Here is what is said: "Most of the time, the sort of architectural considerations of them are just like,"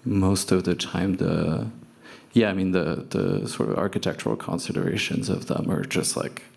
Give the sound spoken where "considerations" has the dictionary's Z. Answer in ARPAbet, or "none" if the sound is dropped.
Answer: Z